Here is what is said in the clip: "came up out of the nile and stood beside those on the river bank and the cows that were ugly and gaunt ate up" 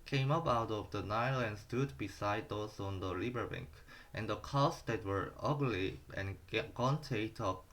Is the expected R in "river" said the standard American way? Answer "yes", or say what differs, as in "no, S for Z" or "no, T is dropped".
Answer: no, L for R